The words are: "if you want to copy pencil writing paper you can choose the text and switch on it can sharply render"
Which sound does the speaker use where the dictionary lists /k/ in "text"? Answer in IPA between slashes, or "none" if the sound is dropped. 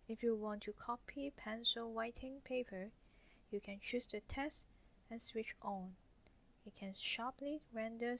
none